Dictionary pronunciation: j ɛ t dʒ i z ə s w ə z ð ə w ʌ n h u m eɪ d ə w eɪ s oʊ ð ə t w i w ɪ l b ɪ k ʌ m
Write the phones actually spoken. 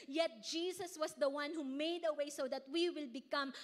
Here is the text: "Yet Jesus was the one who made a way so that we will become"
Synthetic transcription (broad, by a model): j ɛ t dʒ i s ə s w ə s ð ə w ʌ n h u m eɪ d ə w eɪ s oʊ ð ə t w i w ɪ l b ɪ k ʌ m